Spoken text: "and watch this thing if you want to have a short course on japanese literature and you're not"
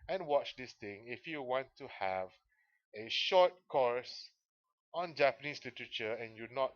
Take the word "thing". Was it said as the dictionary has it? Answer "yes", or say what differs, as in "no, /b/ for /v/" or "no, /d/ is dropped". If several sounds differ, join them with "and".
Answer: no, /t/ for /θ/